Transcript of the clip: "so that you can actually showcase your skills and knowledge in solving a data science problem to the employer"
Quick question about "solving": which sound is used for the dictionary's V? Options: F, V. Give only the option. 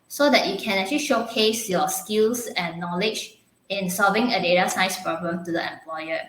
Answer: V